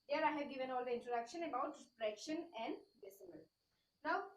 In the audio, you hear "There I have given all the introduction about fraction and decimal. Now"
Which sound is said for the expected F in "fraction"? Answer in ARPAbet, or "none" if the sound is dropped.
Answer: P